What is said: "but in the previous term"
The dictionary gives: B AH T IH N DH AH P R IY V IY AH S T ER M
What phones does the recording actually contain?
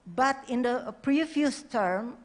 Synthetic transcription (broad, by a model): B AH T IH N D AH P R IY F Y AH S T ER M